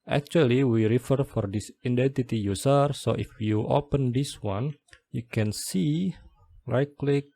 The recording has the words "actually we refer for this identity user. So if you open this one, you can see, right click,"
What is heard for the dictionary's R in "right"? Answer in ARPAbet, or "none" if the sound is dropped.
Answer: L